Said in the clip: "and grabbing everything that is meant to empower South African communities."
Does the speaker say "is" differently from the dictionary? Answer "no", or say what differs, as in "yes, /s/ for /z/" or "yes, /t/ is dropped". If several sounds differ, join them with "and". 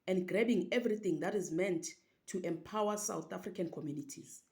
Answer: no